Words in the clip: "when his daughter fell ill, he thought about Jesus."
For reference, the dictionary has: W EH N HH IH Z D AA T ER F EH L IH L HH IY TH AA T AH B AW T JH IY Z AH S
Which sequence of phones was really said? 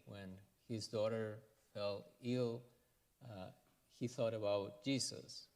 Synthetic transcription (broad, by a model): W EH N HH IH Z D AA T ER F EH L IH L HH IY TH AA T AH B AW T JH IY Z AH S